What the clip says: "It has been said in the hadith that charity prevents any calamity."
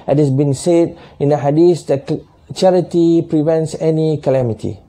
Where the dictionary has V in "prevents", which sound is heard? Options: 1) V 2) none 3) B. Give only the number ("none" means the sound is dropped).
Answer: 1